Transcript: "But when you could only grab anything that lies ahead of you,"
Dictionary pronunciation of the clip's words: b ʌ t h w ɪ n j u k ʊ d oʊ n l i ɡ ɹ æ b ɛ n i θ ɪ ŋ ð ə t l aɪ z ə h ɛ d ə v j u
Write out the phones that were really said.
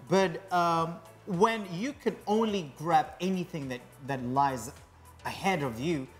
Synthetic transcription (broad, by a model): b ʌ t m w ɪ n j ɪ k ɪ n oʊ n l i ɡ ɹ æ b ɛ n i θ ɪ ŋ ð ə t l aɪ z ə h ɛ d ə v j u